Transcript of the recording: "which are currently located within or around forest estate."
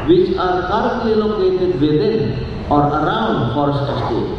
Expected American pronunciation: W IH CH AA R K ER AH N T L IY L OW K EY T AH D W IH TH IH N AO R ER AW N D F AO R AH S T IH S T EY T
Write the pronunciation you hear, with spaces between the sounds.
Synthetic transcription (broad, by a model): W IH CH AA R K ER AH T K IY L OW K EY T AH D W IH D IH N AO R ER AW N D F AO R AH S IH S T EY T